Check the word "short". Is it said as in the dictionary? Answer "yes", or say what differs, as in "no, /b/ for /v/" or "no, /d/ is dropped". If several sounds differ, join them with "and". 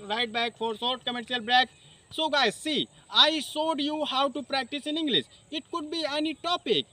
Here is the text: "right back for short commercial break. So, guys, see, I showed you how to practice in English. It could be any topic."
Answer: no, /s/ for /ʃ/